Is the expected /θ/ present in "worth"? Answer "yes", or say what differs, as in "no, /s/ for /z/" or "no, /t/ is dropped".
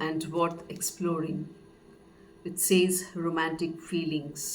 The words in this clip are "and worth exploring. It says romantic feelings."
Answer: no, /t/ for /θ/